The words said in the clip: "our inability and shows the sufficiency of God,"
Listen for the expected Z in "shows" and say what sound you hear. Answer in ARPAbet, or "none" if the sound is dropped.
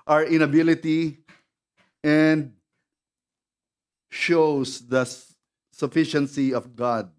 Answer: S